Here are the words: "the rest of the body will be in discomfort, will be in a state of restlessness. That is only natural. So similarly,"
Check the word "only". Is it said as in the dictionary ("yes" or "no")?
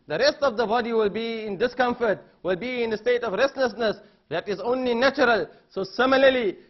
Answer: yes